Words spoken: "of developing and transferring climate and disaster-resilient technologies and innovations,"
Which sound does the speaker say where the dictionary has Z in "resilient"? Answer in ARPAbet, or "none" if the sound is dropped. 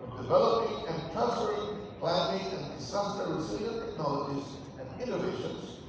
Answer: S